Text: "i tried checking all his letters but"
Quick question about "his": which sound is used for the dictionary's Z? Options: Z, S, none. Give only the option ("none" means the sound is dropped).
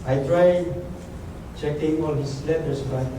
S